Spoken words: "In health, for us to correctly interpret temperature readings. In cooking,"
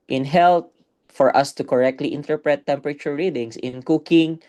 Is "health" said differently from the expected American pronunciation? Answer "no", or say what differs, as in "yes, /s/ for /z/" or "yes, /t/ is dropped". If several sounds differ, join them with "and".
yes, /t/ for /θ/